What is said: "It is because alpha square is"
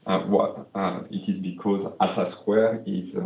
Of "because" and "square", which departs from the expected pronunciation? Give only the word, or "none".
none